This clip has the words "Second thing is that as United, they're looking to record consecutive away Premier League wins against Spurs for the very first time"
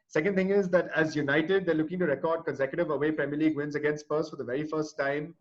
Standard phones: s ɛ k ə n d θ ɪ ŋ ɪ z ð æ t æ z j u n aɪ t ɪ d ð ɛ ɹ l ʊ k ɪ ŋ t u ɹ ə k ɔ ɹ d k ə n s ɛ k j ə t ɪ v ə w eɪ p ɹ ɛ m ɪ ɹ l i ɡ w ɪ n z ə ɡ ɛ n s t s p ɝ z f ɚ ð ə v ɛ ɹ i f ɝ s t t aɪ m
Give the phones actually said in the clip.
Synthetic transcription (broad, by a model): s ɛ k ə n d t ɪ ŋ ɪ z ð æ t æ z j u n aɪ t ɪ d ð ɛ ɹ l ʊ k ɪ ŋ t u ɹ ə k ɔ ɹ d k ə n s ɛ k j ə t ɪ v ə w eɪ p ɹ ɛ m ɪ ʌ l i ɡ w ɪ n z ə ɡ ɛ n s t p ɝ s f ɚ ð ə v ɛ ɹ i f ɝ s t t aɪ m